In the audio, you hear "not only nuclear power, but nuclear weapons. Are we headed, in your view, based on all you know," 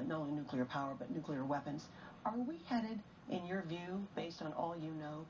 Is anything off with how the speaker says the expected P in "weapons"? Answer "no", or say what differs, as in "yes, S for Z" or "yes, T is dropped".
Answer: no